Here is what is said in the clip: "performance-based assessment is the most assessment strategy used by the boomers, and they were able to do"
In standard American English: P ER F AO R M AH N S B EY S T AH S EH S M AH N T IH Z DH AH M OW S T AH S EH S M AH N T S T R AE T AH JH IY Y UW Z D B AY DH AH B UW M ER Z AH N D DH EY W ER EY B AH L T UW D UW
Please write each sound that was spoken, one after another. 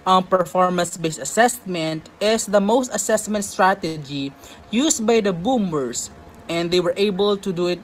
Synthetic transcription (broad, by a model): P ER F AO R M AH N S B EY S AH S EH S M AH N T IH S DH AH M OW S T AH S EH S M AH N T S T R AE T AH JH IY Y UW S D B AY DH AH B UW M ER S AH N D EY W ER EY B AH L T UW D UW